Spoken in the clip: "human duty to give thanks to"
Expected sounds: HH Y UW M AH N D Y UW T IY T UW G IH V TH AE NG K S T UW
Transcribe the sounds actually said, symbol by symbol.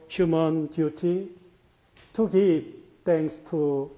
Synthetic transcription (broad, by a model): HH Y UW M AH N D Y UW T IY T UW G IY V T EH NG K S T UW